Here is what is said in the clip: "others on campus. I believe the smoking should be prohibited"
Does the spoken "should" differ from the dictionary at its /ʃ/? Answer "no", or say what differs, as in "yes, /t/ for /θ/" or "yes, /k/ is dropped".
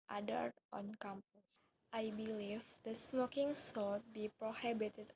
yes, /s/ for /ʃ/